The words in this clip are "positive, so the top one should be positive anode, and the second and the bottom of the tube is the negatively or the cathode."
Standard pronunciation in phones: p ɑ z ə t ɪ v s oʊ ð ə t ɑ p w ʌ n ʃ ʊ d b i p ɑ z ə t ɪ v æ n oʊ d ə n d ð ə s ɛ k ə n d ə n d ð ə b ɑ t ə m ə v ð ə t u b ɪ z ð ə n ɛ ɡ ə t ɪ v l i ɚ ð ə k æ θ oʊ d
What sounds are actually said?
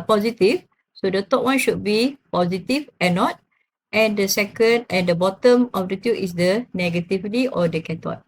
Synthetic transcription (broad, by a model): p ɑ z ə t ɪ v s oʊ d ə t ɑ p w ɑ n ʃ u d b i p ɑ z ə t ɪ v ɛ n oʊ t ə n d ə s ɛ k ə n d ə n d ə b ɑ t ə m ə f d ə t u ɪ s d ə n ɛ ɡ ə t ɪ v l i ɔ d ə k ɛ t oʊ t